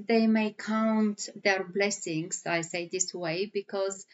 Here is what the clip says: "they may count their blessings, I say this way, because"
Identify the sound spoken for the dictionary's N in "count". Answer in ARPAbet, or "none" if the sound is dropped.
N